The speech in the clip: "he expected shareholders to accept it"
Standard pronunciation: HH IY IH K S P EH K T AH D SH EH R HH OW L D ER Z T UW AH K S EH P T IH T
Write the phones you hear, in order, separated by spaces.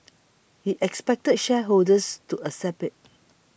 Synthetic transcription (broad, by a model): HH IY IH K S P EH K T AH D SH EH HH OW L D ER S T UW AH S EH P IH T